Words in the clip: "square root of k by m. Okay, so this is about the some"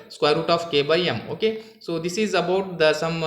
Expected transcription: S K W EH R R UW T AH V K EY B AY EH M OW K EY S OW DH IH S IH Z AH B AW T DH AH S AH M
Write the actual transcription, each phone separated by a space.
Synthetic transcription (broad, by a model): S K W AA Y R UW T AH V K EY B AY EH M OW K EY S OW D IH S IH Z AH B AW T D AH S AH M